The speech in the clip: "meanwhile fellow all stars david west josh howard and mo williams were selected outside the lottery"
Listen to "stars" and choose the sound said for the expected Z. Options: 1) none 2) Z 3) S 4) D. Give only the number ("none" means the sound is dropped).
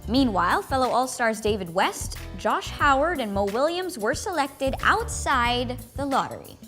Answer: 2